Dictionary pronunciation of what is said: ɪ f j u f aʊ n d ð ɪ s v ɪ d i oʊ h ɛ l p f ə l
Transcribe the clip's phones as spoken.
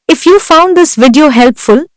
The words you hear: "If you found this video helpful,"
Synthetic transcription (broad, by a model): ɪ f j u f aʊ n d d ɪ s v ɪ d i oʊ h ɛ l p f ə l